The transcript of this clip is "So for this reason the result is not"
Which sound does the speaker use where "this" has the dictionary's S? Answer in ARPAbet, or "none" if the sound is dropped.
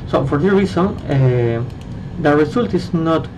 none